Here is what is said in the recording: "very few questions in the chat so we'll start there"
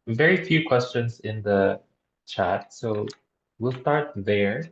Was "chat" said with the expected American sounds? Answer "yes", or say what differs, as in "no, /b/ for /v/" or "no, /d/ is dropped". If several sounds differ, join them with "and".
yes